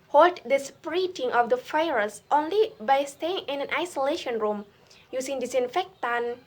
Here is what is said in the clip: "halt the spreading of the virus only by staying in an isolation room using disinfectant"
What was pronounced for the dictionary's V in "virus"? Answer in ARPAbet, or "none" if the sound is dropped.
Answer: F